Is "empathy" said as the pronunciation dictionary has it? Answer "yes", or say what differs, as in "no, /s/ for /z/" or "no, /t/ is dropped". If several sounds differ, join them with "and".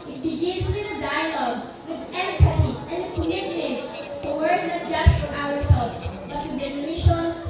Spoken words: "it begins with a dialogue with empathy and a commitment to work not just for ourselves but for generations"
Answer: no, /s/ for /θ/